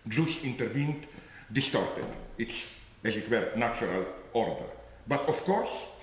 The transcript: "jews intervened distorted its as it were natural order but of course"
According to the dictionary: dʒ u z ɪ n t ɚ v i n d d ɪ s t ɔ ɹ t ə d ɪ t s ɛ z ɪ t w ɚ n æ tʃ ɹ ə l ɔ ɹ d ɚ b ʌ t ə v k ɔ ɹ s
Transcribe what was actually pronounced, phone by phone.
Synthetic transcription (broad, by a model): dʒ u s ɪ n t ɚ v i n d d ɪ s t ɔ ɹ t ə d ɪ t s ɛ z ɪ t w ɚ n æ tʃ ɹ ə l ɔ ɹ d ɚ b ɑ t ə f k ɔ ɹ s